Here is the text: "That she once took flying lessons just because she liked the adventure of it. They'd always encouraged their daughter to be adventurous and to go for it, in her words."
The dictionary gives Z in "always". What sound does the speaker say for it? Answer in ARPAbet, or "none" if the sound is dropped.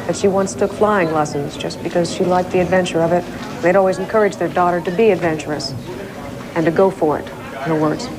Z